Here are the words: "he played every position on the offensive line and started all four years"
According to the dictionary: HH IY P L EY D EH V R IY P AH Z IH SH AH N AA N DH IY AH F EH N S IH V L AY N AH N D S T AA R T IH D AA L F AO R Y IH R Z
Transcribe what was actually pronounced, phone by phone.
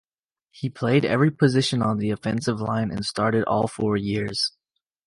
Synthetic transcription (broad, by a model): HH IY P L EY D EH V R IY P AH Z IH SH AH N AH N DH IY AH F EH N S IH V L AY N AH N S T AA R T IH D AA L F AO R Y IH R Z